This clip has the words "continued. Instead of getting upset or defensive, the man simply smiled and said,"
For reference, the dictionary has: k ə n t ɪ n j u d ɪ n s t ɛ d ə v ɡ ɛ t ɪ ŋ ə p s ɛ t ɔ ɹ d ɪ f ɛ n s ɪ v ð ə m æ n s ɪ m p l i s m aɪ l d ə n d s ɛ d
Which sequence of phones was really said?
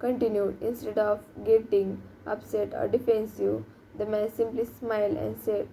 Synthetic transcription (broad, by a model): k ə n t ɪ n j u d ɪ n s t ɛ d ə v ɡ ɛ t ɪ ŋ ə p s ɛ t ɔ ɹ d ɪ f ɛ n s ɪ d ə m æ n s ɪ m p l i s m aɪ l ə n d s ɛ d